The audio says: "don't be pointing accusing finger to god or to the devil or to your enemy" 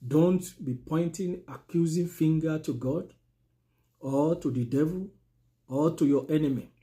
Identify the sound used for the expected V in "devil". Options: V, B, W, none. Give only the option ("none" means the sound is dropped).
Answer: V